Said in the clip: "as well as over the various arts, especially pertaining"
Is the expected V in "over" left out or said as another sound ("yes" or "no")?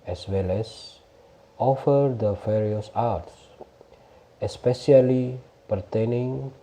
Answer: yes